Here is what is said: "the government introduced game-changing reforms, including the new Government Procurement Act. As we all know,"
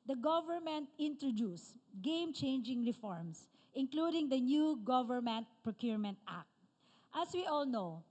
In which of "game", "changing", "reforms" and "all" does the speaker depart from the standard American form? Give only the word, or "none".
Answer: reforms